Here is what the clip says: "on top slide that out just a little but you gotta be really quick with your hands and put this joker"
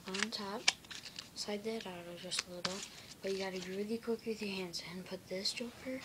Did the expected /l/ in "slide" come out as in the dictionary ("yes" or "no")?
no